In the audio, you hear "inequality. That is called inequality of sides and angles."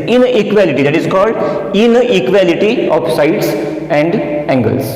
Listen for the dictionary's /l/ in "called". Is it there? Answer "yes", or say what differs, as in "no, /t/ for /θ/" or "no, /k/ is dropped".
yes